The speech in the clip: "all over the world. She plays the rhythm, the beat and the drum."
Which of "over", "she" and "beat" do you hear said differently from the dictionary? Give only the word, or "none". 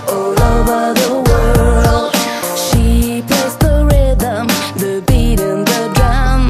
none